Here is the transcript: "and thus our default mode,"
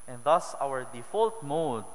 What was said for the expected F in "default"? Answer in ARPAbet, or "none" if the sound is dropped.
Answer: F